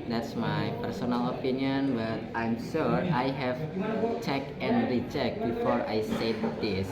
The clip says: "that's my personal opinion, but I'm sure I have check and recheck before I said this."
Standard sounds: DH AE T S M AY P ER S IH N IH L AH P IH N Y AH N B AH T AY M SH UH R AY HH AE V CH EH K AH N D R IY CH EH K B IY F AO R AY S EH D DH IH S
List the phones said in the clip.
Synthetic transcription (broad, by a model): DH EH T S M AY P ER S IH N IH L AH P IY N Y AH N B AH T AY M S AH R AY HH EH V CH EH K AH N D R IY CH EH K B IY F AO R AY S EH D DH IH S